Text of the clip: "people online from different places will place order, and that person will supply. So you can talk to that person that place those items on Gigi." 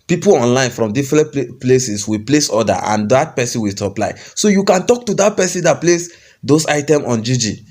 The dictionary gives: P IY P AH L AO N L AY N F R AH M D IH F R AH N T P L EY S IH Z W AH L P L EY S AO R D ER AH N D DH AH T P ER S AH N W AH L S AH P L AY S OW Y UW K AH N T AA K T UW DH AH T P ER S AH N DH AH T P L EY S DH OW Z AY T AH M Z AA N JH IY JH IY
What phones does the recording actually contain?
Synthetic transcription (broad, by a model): P IY P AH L AO N L AY N F R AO M D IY F R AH N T P L EY S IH S W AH P L EY S AO D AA AH N D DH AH T P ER S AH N W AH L S AH P L AY S OW Y UW K AH N T AA K T UW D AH T P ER S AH N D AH T P L EY S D OW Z AY T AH M AA N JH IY JH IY